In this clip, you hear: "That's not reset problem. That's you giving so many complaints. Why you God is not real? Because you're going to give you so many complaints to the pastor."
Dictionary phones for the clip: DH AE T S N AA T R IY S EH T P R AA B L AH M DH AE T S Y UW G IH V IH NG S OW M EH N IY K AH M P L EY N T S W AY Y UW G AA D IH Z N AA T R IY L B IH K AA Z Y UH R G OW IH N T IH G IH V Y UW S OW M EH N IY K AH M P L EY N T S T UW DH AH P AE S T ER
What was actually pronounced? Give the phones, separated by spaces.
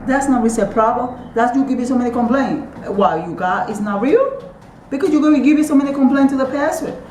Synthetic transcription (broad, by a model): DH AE T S N AA T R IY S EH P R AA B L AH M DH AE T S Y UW G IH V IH S OW M EH N IY K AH M P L EY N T W AY Y UW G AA IH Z N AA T R IY L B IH K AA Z Y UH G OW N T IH G IH V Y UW S OW M EH N IY K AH M P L EY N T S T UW DH AH P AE S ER